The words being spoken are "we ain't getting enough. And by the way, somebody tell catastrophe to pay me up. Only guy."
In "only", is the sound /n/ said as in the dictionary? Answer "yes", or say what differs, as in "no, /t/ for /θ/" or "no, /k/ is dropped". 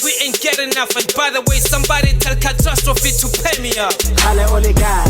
no, /l/ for /n/